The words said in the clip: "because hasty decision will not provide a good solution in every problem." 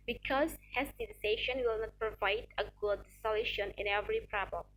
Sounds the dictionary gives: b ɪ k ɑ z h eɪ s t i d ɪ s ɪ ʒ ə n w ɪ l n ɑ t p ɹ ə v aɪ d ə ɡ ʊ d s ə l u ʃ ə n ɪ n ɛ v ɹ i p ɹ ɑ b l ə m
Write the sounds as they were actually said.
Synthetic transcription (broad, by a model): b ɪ k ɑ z h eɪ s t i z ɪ ɪ ʃ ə n w ɪ l n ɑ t p ɹ ə v aɪ d ə ɡ ʊ d s ə l u ʃ ə n ɪ n ɛ v ɹ i p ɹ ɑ b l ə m